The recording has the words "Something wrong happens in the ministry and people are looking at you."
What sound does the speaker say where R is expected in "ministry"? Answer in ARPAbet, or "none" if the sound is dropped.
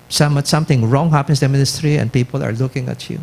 R